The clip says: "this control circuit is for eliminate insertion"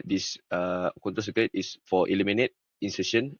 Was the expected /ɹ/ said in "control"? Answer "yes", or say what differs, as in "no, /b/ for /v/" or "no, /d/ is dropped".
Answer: no, /ɹ/ is dropped